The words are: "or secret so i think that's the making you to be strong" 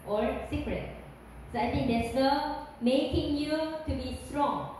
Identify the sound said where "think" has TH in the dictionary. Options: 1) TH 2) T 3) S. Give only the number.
2